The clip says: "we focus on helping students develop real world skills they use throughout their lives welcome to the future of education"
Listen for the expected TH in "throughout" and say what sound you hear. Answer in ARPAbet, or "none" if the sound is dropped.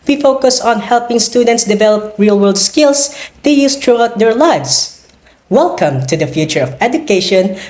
T